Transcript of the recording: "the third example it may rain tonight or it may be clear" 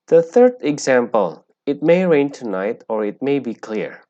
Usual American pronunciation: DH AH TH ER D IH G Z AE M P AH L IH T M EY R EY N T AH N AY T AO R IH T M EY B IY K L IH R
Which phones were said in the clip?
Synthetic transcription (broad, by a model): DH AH TH ER D IH G Z AE M P AH L IH T M EY R EY N T AH N AY T AO R IH T M EY B IY K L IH R